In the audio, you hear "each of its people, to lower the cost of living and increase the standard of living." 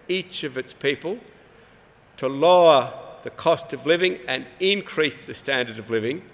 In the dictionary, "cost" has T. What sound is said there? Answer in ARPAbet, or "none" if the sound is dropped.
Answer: T